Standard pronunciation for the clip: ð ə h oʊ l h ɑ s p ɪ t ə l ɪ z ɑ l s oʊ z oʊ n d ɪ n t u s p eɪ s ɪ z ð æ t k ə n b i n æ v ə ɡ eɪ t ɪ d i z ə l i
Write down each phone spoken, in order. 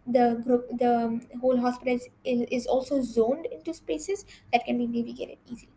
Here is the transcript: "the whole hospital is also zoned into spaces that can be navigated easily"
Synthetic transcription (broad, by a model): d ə h oʊ l h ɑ s p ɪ t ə l ɪ z ɑ l s oʊ z oʊ n d ɪ n t u s p eɪ s ɪ z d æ t k ə n b i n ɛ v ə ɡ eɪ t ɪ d i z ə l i